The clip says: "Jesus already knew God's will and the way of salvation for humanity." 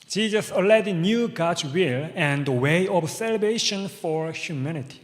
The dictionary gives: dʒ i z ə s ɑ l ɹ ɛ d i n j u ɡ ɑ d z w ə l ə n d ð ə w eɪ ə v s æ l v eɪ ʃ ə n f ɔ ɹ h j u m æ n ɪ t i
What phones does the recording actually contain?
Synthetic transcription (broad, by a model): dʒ i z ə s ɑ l ɛ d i n j u ɡ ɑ d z w ə l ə n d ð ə w eɪ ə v s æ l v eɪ ʃ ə n f ɔ ɹ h j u m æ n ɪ t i